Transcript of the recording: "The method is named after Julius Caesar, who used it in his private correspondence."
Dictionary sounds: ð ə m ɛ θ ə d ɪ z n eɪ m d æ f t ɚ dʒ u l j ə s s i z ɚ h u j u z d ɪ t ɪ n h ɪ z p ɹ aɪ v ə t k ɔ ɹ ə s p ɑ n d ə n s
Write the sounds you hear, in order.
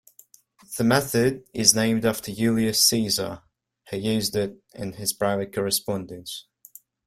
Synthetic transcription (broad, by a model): ð ə m ɛ θ ə d ɪ z n eɪ m d æ f t ɚ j u l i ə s s i z ɚ h u j u z d ɪ t ɪ n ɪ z p ɹ aɪ v ə t k ɔ ɹ ə s p ɑ n d ə n s